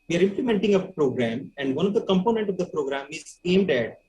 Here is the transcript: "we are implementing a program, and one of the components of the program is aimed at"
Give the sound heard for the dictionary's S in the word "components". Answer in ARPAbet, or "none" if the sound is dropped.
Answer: none